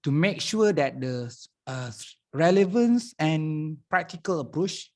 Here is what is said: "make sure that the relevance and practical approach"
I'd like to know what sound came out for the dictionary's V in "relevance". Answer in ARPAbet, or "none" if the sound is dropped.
V